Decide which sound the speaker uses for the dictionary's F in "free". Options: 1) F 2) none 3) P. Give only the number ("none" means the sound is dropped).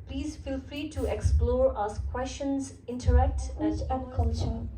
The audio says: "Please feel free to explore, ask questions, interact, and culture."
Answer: 1